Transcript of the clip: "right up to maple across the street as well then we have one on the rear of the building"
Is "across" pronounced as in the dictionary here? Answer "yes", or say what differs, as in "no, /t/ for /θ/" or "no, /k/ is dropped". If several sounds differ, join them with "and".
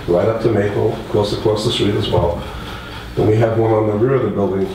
no, /l/ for /ɹ/